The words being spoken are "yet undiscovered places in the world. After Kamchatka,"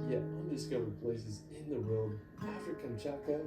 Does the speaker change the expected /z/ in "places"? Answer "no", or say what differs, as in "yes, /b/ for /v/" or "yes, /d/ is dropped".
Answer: no